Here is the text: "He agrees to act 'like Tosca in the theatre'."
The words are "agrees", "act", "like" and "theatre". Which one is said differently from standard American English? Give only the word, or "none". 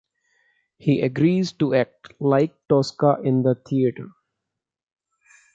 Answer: theatre